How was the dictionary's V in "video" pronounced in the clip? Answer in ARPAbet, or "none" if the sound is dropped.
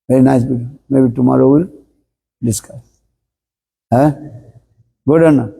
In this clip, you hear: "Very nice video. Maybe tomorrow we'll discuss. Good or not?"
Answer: B